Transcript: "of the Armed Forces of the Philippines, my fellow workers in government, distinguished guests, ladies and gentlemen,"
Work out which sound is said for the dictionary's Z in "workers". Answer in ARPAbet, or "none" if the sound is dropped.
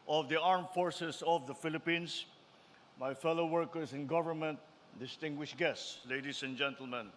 S